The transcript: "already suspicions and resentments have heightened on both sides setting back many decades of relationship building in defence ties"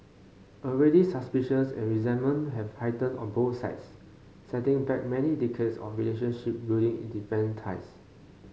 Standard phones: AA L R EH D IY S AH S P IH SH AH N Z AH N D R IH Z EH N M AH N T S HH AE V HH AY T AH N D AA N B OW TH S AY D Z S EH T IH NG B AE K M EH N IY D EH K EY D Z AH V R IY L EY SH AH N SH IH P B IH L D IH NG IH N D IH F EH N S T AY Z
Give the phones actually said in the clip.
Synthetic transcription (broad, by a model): AA L R EH D IY S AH S P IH SH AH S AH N R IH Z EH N M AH N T HH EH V HH AY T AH N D AA N B OW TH S AY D S EH T IH NG B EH K M EH N IY D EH K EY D S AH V R IY L EY SH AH N SH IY P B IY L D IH NG IH N D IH P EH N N T AY S